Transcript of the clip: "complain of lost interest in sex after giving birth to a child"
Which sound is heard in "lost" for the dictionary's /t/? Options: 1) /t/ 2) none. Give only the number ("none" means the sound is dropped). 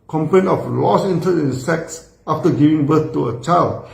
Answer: 2